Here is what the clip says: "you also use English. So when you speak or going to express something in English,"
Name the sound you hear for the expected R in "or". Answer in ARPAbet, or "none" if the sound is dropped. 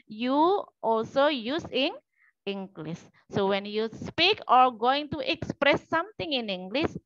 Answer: R